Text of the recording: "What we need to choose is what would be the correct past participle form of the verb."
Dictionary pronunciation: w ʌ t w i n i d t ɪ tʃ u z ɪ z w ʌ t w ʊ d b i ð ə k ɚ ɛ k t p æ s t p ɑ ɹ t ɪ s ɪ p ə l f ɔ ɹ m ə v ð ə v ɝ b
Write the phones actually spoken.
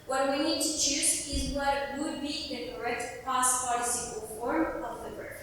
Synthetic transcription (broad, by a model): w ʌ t w i n i d t ɪ tʃ u z ɪ z w ʌ t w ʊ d b i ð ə k ɚ ɛ k t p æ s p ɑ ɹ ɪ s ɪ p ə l f ɔ ɹ m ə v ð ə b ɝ